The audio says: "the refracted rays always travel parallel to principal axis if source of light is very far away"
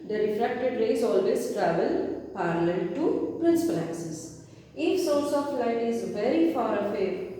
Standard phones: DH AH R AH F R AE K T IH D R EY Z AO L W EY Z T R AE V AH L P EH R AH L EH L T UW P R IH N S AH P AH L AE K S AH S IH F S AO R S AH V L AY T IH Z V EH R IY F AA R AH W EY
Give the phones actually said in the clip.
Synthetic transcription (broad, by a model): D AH R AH F R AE K T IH D R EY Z AO L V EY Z T R AE V AH L P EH R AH L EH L T UW P R IH N S AH P AH L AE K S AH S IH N S AO R S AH F L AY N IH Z V EH R IY F AA R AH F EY